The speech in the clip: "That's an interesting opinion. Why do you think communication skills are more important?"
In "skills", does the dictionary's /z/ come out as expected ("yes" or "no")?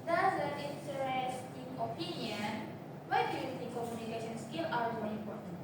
no